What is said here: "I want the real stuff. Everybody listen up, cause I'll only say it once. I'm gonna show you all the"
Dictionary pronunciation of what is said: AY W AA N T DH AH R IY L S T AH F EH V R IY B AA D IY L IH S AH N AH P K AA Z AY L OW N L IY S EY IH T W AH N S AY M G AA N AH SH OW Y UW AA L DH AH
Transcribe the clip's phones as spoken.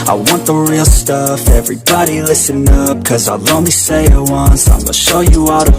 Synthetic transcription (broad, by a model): AY W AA N DH AH R IY L S T AH F EH V R IY B AA D IY L IH S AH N AH P K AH Z AY L OW N L IY S EY IH T W AH N S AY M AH SH OW Y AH AA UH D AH